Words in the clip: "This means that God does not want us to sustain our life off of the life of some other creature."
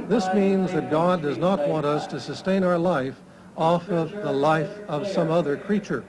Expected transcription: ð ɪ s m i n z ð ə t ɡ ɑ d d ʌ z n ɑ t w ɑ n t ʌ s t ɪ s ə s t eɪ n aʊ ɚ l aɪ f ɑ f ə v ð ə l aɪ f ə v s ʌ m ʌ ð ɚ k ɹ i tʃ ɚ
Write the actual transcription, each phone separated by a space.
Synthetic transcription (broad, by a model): ð ɪ s m i n z ð ə t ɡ ɑ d d ʌ z n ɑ t w ɑ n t ʌ s t ɪ s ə s t eɪ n aʊ ɚ l aɪ f ɑ f ə v ð ə l aɪ f ə v s ʌ m ʌ ð ɚ k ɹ i tʃ ɚ